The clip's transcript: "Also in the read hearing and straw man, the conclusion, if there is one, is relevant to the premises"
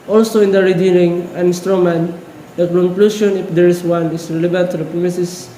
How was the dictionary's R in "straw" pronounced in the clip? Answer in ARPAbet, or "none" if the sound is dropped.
R